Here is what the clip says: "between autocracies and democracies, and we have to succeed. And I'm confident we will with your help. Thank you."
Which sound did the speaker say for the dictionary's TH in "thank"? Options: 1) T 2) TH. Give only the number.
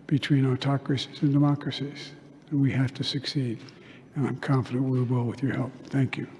2